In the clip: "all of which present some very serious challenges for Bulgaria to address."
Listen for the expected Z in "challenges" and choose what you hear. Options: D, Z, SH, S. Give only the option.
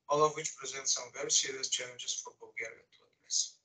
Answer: S